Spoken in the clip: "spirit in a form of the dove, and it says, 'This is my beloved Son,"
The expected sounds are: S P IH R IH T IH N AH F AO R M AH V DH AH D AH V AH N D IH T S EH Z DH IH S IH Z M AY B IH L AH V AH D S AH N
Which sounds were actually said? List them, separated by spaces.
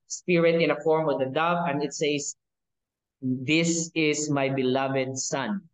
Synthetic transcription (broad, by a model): S P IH R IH T IH N AH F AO R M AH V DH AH D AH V AH N D IH T S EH S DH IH S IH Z M AY B IH L AH V AH D S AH N